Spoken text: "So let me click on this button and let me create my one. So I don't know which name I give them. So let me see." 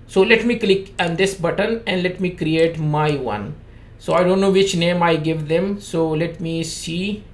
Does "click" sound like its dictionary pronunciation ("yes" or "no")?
yes